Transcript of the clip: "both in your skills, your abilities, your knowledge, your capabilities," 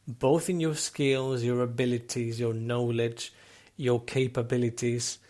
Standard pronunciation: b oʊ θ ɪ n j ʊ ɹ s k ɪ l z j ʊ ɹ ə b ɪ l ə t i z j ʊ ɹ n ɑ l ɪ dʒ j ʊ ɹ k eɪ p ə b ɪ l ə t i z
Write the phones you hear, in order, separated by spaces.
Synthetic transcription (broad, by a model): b oʊ θ ɪ n j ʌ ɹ s k ɪ l z j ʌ ɹ ə b ɪ l ə t i z j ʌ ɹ n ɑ l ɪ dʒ j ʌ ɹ k eɪ p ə b ɪ l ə t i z